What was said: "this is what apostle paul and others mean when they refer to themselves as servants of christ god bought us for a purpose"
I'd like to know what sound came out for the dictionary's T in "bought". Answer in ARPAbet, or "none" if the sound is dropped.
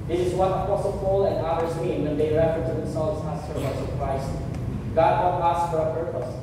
none